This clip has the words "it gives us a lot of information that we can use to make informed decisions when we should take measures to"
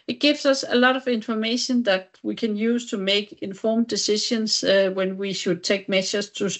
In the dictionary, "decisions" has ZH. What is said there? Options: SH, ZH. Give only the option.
SH